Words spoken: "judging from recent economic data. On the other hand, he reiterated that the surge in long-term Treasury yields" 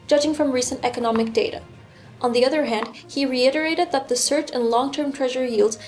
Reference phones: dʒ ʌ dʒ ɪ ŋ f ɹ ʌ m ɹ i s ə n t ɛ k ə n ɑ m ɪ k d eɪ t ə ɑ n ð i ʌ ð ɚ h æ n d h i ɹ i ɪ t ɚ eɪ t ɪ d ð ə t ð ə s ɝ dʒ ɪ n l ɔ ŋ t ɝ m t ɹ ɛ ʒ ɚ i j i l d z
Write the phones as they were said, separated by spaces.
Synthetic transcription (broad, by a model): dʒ ʌ dʒ ɪ ŋ f ɹ ʌ m ɹ i s ə n t ɛ k ə n ɑ m ɪ k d eɪ t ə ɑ n ð i ʌ ð ɚ h æ n d h i ɹ i ɪ t ɚ eɪ t ɪ d ð ə t ð ə s ɝ tʃ ɪ n l ɔ ŋ t ɝ m t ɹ ɛ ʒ ɚ j i l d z